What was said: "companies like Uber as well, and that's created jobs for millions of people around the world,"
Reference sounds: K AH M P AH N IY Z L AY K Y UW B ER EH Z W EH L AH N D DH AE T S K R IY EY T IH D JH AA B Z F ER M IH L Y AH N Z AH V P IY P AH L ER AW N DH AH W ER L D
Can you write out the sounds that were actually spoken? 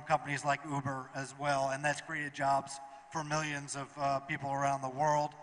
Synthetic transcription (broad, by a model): K AH M P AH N IY Z L AY K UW B ER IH Z W EH L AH N DH AE T S K R IY EY T IH D JH AA B Z F ER M IH L Y AH N Z AH V P IY P L ER AW N DH AH W ER L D